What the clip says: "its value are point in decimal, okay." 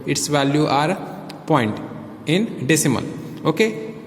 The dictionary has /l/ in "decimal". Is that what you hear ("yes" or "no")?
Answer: no